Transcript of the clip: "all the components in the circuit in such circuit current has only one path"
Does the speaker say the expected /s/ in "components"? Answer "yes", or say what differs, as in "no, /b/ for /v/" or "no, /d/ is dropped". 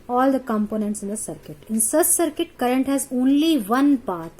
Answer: yes